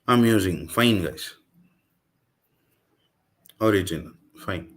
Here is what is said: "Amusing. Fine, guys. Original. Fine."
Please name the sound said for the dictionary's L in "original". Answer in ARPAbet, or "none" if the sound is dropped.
N